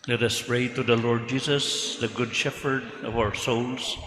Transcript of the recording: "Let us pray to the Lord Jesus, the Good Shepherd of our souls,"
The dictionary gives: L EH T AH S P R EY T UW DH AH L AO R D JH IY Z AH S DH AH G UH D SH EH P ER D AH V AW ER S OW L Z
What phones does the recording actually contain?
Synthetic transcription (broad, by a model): L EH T AH S P R EY T UW DH AH L AO R D JH IY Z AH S DH AH G UH D SH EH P ER D AH V AW ER S OW L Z